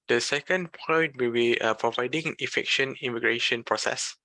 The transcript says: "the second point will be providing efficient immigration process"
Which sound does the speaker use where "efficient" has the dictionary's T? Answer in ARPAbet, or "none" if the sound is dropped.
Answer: none